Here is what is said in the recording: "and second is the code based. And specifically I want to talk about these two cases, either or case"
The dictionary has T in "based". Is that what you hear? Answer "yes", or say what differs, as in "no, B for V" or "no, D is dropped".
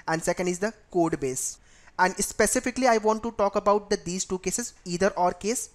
no, T is dropped